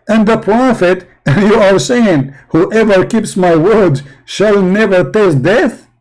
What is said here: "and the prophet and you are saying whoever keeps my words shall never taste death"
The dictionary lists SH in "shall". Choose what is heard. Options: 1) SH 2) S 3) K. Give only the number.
1